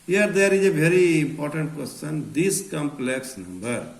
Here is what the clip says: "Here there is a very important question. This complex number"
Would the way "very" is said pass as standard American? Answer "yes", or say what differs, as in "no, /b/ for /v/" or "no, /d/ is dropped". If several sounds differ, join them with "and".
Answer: no, /b/ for /v/